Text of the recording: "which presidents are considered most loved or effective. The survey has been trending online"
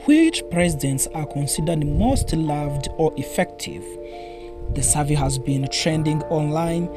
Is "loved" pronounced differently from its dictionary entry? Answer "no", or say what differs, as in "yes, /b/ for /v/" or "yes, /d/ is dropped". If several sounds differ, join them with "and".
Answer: no